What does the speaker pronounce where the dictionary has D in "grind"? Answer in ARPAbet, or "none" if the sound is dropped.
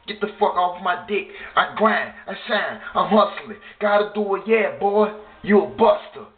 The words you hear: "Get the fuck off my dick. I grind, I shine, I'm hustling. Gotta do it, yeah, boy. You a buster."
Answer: none